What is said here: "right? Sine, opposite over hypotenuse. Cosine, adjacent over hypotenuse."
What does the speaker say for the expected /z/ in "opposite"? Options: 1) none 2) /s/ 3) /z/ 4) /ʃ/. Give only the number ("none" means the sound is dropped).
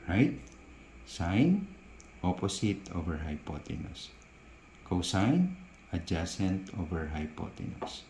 2